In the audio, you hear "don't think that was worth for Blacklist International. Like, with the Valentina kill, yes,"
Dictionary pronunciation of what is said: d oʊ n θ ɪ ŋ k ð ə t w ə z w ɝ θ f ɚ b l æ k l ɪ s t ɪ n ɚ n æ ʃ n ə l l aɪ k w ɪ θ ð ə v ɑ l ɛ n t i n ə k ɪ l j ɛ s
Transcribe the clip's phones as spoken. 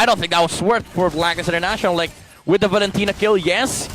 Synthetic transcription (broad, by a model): d oʊ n θ ɪ ŋ k ð ə t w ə s w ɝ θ f ɚ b l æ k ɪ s ɪ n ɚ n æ ʃ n l l aɪ k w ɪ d ð ə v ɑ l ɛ n t i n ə k ɪ l j ɛ s